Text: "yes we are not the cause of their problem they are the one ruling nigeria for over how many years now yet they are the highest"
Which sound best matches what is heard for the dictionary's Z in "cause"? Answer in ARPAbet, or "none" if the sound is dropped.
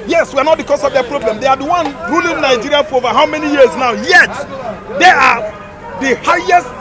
S